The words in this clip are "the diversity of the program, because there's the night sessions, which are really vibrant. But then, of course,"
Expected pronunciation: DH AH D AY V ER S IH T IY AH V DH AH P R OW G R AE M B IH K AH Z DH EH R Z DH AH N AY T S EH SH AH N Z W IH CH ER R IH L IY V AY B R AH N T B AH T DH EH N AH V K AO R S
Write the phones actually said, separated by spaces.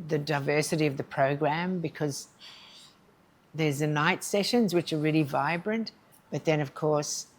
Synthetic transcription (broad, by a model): DH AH D AY V ER S IH T IY AH V DH AH P R OW G R AE M B IH K AH Z DH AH R Z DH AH N AY T S EH SH AH N Z W IH CH ER R IH L IY V AY B R AH N T B AH T DH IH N AH V K AO R S